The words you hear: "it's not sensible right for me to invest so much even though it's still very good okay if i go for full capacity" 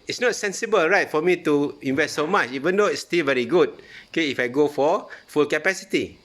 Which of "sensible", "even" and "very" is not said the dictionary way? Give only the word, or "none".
none